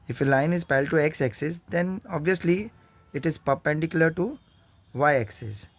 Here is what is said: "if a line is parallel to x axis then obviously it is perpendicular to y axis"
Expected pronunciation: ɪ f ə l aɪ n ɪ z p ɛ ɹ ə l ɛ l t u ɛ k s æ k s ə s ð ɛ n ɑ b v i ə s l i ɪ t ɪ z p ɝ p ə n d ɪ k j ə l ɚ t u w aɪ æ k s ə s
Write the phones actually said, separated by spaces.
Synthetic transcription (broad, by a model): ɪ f ə l aɪ n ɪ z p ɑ ə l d t u ɛ k s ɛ k s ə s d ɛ n ɑ b v i ə s l i ɪ t ɪ z p ɝ p ə n d ɪ k j ə l ɚ t u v aɪ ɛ k s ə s